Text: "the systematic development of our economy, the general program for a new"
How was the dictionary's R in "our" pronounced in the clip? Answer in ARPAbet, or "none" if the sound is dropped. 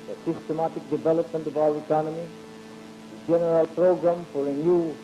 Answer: W